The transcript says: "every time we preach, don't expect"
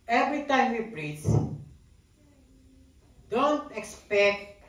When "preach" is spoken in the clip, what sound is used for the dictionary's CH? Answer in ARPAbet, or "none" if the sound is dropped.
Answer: S